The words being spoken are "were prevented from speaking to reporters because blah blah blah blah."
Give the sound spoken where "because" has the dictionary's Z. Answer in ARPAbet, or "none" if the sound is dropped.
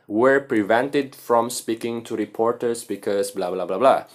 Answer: S